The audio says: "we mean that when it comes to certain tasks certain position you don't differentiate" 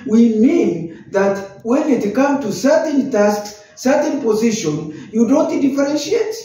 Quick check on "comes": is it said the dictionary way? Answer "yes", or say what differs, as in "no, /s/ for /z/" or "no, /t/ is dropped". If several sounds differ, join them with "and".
no, /z/ is dropped